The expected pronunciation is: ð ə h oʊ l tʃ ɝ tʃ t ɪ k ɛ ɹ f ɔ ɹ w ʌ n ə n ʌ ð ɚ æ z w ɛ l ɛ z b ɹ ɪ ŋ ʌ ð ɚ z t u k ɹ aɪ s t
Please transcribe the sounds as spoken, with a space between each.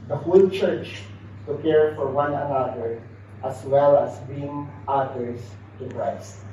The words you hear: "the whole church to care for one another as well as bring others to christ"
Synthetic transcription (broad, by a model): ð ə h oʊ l tʃ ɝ tʃ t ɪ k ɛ ɹ f ɔ ɹ w ʌ n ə n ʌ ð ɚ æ s w ɛ l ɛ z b i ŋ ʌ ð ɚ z t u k ɹ aɪ s t